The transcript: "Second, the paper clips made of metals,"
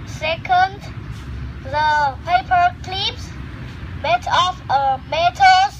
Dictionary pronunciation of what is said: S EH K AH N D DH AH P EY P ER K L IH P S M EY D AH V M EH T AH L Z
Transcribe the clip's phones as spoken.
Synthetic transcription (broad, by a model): S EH K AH N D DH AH P EY P ER K L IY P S M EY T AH F M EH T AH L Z